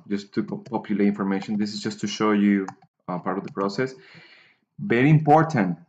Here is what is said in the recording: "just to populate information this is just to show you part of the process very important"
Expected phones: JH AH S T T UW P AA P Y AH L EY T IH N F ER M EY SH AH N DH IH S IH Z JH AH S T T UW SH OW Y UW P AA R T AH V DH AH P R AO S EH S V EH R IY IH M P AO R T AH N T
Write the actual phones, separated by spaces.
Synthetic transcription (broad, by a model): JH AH S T T UW P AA P Y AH L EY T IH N F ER M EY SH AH N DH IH S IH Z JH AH S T T UW SH OW Y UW P AA R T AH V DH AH P R AO S EH S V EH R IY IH M P AO R T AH N T